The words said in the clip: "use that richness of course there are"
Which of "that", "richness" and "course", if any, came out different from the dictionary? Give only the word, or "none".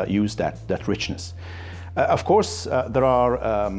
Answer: none